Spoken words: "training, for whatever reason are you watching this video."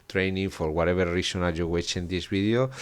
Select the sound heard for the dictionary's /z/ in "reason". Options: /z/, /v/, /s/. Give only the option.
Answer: /s/